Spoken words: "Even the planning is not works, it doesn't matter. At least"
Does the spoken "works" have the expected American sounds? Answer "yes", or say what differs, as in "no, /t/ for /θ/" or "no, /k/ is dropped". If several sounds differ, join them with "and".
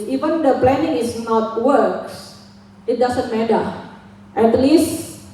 yes